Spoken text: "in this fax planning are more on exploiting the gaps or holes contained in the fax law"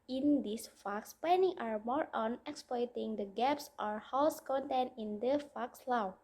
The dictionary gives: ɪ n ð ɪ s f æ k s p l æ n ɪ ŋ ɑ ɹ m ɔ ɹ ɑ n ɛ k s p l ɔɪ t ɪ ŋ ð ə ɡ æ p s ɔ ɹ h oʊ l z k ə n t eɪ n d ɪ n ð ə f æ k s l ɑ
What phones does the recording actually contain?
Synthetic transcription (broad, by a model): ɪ n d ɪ s f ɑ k s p ɛ n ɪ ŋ ɑ ɹ m ɔ ɹ ɑ n ɛ k s p l ɔɪ t ɪ ŋ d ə ɡ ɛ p s ɔ ɹ h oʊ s k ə n t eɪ n ɪ n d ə f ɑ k s l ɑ